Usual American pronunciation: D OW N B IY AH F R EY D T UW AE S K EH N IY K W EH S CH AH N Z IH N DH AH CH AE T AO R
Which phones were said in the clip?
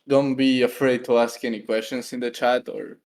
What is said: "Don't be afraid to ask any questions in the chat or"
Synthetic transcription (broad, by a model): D OW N B IY AH F R EY D T UW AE S K EH N IY K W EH S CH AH N S IH N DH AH CH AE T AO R